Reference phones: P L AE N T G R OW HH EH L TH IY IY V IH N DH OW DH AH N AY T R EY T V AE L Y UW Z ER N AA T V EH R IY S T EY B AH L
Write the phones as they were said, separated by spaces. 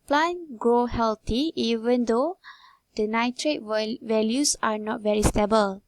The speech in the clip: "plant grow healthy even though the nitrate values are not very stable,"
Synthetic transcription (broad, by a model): P L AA N G R OW HH EH L T IY IY V IH N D OW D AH N AY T R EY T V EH L Y UW S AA N AA T V EH R IY S T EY B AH L